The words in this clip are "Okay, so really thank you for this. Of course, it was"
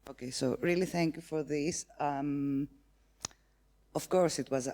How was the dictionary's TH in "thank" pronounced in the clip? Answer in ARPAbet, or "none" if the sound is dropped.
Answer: TH